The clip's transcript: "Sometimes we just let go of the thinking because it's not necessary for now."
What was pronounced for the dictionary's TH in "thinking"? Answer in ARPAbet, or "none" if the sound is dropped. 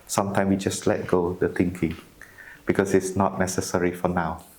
T